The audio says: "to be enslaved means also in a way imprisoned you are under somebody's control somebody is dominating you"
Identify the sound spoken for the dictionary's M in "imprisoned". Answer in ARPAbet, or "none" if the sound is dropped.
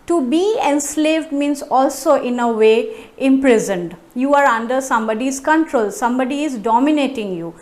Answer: M